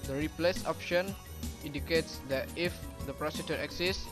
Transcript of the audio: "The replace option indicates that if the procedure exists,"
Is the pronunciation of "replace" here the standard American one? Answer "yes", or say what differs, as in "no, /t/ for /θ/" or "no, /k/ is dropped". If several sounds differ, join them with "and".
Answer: yes